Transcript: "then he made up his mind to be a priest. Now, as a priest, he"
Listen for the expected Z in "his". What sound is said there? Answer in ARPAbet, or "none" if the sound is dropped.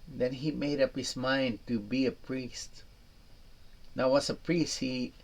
S